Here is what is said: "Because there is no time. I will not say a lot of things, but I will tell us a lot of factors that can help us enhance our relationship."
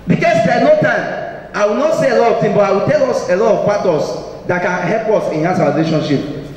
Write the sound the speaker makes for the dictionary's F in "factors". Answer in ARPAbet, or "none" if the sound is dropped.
P